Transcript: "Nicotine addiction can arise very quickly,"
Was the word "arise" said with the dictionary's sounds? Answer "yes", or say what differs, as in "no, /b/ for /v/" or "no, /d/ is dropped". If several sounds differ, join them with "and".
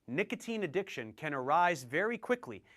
yes